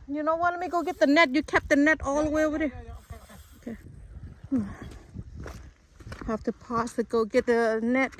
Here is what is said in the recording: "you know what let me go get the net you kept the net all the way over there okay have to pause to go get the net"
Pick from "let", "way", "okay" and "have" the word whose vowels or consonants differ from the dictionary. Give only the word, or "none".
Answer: have